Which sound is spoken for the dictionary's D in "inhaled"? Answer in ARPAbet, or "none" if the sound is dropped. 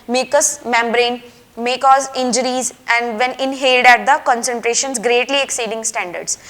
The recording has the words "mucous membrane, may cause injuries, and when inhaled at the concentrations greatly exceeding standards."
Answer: D